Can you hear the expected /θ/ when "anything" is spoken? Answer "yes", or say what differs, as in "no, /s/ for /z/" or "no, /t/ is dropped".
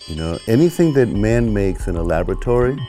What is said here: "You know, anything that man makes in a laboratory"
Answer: yes